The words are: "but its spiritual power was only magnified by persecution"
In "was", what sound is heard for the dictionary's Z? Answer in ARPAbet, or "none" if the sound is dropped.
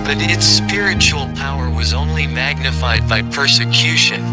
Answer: Z